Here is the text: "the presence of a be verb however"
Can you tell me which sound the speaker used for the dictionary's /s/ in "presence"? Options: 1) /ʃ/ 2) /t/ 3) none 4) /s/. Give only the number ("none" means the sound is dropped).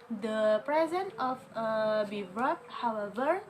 3